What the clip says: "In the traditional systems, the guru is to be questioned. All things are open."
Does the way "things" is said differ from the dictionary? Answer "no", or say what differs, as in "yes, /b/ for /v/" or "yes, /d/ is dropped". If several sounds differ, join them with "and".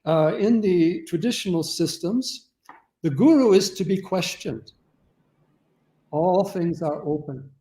no